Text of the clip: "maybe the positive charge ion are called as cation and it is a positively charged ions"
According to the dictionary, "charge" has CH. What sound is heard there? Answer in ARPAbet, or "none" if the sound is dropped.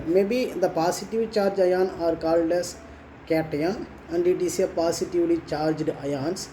CH